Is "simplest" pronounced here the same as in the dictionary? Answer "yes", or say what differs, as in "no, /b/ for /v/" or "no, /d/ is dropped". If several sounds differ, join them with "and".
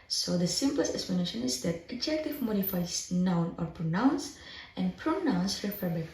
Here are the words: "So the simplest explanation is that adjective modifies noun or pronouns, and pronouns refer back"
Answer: yes